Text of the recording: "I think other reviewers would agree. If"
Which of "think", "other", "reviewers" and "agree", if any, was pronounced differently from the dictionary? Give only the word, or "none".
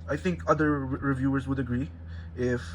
none